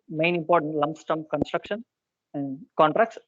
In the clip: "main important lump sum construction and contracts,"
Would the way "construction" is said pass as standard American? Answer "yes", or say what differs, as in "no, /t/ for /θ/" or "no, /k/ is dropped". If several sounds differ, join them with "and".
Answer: yes